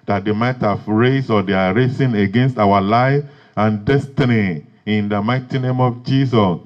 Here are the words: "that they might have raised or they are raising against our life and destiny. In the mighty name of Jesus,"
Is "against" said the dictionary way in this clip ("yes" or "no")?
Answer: yes